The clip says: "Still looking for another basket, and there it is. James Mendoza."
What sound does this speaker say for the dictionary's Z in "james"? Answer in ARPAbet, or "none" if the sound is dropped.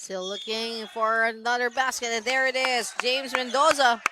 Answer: Z